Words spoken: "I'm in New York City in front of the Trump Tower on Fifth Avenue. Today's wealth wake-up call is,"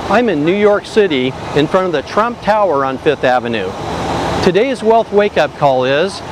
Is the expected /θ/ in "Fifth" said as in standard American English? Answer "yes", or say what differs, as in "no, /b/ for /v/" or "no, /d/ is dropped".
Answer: yes